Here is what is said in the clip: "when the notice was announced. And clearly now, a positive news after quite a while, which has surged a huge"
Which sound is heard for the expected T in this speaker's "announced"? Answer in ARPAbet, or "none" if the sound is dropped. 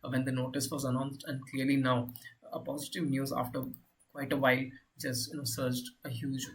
T